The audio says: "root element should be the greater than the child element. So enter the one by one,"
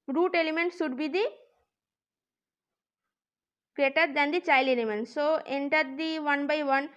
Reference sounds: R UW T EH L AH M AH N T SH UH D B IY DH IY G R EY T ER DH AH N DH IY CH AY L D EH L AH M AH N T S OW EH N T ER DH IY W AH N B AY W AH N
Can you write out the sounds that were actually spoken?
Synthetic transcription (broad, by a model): R UW T EH L AH M AH N T S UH D B IY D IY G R EY T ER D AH N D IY CH AY L EH L AH M AH N T S OW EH N T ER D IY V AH N B AY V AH N